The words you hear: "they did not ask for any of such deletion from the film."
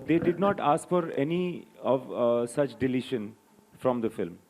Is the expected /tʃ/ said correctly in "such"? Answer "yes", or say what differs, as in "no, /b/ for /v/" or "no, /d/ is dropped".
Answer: yes